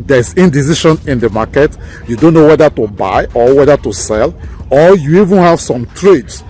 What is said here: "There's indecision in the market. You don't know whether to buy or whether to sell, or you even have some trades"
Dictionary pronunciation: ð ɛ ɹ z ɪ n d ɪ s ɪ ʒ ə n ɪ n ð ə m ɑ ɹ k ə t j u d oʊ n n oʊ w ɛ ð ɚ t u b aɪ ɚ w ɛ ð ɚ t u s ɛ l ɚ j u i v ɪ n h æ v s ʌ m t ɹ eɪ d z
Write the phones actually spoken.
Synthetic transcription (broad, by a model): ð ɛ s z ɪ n d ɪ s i ʃ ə n ɪ n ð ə m ɑ k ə t j u d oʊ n n oʊ w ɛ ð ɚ t u b aɪ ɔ w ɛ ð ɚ t u s ɛ l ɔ j u i v ɪ n h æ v s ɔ m t ɹ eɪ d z